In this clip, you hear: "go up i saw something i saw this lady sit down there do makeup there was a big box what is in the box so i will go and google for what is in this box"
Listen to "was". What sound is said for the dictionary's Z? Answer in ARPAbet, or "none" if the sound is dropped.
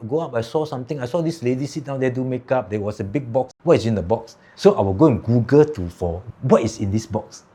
S